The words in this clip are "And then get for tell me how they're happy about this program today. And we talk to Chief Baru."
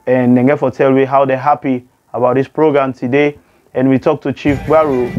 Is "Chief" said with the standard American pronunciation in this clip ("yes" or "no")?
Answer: yes